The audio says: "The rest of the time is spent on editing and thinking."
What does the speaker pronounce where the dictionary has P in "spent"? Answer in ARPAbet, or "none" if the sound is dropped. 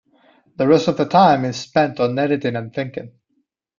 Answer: P